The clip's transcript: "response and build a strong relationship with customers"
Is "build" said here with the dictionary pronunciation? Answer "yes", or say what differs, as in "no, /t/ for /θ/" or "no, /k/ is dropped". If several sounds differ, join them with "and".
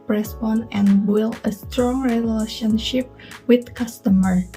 no, /d/ is dropped